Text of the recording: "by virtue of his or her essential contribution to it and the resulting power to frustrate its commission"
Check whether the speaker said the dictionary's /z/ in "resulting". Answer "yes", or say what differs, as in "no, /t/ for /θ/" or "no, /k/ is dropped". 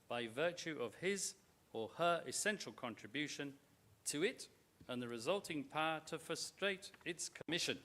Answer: yes